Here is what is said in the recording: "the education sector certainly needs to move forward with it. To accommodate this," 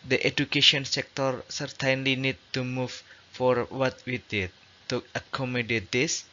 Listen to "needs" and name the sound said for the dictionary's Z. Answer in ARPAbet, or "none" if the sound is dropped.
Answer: none